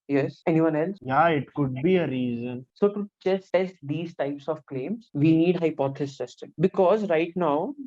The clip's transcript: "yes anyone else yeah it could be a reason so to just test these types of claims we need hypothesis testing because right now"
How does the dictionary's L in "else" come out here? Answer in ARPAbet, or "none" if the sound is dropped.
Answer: L